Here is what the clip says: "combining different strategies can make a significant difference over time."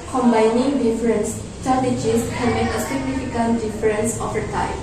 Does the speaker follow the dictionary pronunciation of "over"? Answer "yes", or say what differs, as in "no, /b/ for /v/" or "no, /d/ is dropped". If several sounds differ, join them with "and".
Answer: no, /f/ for /v/